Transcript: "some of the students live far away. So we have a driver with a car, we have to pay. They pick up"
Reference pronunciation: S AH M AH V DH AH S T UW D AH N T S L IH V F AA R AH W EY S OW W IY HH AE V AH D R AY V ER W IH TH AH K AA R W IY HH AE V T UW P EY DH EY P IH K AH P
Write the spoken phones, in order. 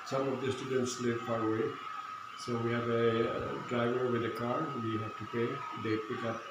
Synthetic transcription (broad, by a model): S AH M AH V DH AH S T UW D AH N T S L IH V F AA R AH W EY S OW W IY HH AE V AH D R AY V ER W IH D AH K AA R W IY HH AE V T UW P EY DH EY P IH K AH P